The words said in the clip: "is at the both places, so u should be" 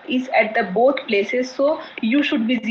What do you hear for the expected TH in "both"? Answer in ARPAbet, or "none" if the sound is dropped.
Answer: T